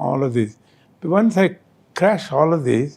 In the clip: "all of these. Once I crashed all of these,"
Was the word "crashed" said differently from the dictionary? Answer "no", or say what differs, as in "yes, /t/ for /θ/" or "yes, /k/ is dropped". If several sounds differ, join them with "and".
yes, /t/ is dropped